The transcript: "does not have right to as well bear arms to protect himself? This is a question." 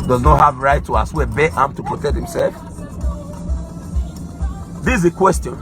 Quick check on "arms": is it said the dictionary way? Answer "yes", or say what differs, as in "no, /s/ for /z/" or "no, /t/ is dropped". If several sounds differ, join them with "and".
no, /z/ is dropped